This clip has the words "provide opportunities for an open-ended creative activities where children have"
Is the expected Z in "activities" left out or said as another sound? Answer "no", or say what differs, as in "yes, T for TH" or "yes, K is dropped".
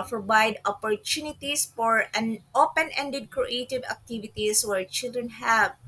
yes, S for Z